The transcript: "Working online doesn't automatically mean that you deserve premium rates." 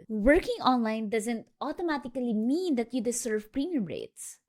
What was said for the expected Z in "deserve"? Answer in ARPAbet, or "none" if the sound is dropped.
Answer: S